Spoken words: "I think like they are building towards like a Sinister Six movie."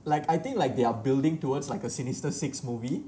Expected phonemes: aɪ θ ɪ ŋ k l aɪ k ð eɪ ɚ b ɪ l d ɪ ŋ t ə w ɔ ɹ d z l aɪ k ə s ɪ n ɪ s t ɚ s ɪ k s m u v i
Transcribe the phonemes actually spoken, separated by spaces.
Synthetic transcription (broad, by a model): aɪ t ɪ ŋ k l aɪ k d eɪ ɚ b ɪ l d ɪ ŋ t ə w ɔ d s l aɪ k ə s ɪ n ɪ s t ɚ s ɪ k s m u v i